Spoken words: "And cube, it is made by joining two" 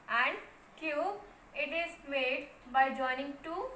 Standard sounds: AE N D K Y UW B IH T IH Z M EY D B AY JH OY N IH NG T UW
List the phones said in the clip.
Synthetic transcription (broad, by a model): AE N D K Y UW IH T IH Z M EY D B AY JH OY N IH NG T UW